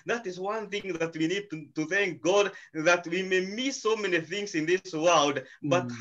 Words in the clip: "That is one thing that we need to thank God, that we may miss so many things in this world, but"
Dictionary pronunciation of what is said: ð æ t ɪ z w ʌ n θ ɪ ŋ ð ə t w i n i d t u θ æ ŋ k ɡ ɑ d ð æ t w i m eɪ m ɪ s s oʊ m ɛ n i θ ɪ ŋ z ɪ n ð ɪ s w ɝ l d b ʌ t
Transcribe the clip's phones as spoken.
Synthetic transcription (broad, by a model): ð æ t ɪ z w ʌ n θ ɪ ŋ ð ə t w i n i d t u θ æ ŋ k ɡ ɑ d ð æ t w i m eɪ m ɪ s s oʊ m ɛ n i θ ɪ ŋ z ɪ n ð ɪ s w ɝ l d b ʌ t